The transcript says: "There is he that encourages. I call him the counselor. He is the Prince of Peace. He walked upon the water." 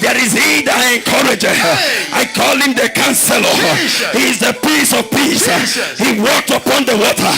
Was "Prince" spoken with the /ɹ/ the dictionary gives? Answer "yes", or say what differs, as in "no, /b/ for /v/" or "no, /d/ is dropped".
no, /ɹ/ is dropped